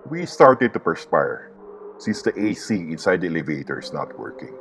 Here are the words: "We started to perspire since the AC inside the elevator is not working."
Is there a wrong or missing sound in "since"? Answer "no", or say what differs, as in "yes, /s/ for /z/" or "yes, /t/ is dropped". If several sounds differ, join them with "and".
no